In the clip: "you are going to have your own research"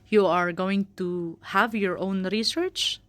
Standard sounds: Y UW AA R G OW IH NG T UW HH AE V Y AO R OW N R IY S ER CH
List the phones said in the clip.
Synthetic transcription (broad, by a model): Y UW AA R G OW IH NG T UW HH AE V Y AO R OW N R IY S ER CH